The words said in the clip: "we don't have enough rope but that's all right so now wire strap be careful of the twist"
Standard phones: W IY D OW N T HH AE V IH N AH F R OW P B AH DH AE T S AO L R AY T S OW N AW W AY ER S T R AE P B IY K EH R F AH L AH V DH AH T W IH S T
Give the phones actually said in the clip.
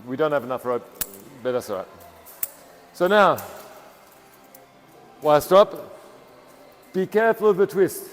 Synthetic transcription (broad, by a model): W IY D OW N T HH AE V IH N AH F R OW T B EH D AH S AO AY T S OW N AW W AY S T AO P B IY K EH R F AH L AH V DH AH T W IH S T